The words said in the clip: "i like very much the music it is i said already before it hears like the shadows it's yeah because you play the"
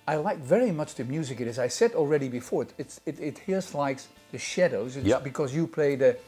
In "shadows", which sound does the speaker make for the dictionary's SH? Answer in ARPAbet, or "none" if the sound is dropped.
SH